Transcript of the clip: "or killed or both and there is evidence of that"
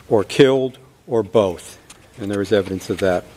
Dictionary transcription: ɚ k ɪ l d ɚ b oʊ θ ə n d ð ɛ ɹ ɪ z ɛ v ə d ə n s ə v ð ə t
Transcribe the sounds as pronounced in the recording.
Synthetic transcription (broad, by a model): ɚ k ɪ l d ɚ b oʊ θ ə n ð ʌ ɹ ɪ z ɛ v ə d ə n s ə v ð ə t